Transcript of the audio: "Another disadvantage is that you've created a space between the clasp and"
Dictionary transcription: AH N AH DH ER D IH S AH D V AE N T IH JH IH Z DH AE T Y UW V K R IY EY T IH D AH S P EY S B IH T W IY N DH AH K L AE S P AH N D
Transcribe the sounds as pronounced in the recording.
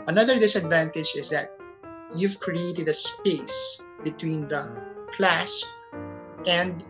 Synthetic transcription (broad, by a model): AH N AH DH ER D IH S AH D V AE N T IH JH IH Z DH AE T Y UW V K R IY EY T IH D AH S P EY S B IH T W IY N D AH K L AE S P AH N D